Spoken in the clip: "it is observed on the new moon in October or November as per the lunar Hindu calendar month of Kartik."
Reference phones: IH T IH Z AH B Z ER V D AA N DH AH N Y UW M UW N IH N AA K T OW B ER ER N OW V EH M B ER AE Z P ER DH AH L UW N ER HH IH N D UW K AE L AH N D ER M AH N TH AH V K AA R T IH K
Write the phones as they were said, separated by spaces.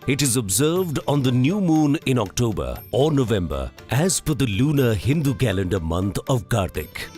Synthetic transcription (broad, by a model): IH T IH Z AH B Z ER V D AA N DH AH N Y UW M UW N IH N AA K T OW B ER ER N OW V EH M B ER AE Z F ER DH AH L UW N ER HH IH N D UW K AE L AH N D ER M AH N T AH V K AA R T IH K